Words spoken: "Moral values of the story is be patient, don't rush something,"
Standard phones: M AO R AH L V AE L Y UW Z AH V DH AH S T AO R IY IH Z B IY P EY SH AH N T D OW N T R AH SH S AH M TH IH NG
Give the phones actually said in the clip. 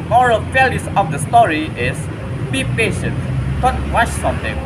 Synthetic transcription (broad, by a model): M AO R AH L F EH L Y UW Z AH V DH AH S T AO R IY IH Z B IY P EY SH AH N T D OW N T W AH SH S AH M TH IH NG